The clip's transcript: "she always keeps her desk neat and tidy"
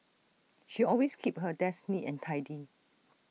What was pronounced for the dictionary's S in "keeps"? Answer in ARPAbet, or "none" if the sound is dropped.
none